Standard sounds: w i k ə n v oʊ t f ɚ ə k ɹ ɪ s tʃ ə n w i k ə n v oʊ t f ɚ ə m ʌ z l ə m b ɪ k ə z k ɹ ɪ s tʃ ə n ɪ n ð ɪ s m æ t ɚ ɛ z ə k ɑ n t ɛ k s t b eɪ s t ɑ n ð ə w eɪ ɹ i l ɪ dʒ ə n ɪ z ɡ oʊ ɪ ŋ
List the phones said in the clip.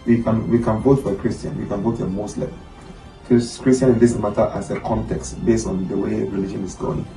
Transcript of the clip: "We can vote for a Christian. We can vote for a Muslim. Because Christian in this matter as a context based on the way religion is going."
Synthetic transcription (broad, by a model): w i k ə n v oʊ t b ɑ ə k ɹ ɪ s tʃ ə n w i k ə n v oʊ t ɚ ə m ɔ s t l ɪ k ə s k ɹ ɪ s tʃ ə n ɪ n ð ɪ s m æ t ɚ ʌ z ə k ɑ n t ɛ k s t b eɪ s t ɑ n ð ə w eɪ ɹ i l ɪ dʒ ə n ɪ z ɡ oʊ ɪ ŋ